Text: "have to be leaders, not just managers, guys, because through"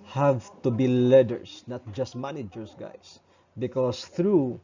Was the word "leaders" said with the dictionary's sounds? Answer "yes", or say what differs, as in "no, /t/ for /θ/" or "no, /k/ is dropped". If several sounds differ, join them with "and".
no, /s/ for /z/